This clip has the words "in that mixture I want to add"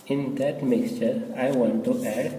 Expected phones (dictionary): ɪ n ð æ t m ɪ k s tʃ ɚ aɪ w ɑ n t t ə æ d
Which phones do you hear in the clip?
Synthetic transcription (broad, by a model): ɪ n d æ t m ɪ k s tʃ ɚ aɪ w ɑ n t t ə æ d